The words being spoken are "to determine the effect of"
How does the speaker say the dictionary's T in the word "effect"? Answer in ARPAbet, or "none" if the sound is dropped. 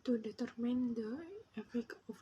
none